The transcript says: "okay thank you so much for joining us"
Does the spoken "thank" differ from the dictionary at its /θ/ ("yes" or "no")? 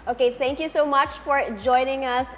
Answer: yes